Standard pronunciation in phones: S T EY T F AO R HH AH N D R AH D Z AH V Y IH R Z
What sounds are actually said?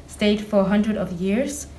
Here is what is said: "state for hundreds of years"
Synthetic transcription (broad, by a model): S T EY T F AO R HH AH N D R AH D AH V Y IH R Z